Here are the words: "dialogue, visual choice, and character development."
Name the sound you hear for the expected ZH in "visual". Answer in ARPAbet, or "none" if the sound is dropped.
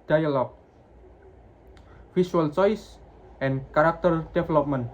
S